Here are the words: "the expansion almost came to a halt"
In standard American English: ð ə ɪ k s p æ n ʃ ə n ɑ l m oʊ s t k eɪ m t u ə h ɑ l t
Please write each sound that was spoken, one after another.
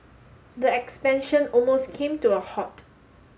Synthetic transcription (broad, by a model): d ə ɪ k s p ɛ n ʃ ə n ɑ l m oʊ s k eɪ m t u ə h ɑ t